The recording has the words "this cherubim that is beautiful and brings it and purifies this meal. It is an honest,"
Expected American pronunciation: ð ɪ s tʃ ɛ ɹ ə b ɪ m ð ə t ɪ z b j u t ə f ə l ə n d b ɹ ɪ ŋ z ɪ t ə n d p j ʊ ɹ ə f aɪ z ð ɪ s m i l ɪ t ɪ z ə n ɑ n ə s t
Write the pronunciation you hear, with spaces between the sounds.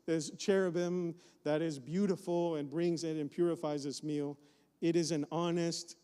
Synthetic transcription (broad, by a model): ð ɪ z tʃ ɛ ɹ ə b ɪ m ð ə t ɪ z b j u t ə f l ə n b ɹ ɪ ŋ z ɪ t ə n p j ʊ ɹ ə f aɪ z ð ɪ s m i l ɪ t ɪ z ə n ɑ n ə s t